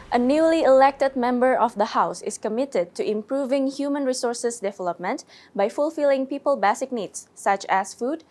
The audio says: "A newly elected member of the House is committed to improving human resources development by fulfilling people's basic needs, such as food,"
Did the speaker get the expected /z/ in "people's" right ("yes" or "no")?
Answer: no